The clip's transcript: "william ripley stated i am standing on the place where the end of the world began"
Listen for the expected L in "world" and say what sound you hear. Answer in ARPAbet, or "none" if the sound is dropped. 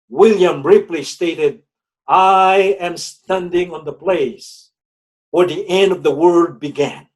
none